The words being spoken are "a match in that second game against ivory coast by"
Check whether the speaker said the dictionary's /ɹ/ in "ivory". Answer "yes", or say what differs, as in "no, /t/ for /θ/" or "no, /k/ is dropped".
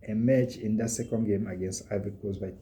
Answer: no, /ɹ/ is dropped